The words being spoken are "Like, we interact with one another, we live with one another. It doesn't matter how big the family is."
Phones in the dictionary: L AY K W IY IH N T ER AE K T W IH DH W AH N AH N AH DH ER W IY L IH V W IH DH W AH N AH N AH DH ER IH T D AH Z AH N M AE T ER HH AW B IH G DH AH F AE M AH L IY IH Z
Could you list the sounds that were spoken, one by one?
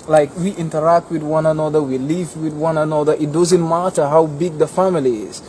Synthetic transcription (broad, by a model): L AY K W IY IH N T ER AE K T W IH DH W AH N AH N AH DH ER W IY L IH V W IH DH W AH N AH N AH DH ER IH T D AH Z AH N M AE T ER HH AW B IH G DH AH F AE M AH L IY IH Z